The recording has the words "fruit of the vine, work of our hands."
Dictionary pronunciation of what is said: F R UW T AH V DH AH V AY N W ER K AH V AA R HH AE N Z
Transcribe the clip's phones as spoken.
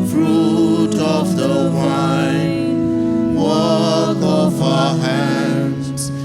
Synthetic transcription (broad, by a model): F R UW T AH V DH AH W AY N W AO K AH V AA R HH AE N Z